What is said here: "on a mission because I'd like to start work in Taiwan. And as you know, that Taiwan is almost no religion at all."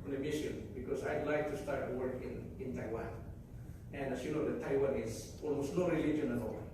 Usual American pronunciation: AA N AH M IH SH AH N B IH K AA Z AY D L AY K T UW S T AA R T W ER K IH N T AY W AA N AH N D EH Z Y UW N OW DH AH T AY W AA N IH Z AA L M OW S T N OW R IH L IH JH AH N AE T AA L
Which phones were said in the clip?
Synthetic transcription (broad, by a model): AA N AH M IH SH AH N B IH K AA S AY D L AY K T UW S T AA R T W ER K IH N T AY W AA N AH N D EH S Y UW N OW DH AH T AY W AA N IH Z AA L M OW S T N OW R IH L IH JH AH N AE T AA L